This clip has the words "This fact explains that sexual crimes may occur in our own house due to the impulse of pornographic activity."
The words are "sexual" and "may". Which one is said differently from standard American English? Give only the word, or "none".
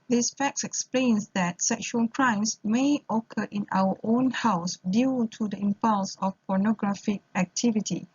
none